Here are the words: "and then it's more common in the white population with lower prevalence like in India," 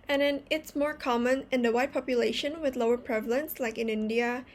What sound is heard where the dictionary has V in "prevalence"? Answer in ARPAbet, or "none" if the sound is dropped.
V